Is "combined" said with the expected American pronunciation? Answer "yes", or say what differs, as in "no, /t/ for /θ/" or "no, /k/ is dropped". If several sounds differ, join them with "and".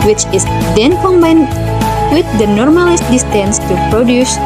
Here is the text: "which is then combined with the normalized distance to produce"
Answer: yes